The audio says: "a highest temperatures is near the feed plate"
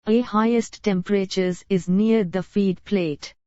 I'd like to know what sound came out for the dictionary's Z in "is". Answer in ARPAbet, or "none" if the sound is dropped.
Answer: Z